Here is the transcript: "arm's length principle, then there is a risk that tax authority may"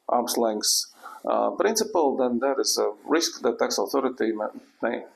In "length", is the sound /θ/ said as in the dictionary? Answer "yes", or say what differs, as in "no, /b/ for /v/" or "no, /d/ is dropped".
no, /s/ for /θ/